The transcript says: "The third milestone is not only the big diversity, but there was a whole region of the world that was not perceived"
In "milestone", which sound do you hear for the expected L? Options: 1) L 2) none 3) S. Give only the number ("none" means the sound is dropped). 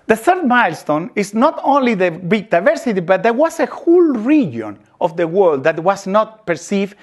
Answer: 1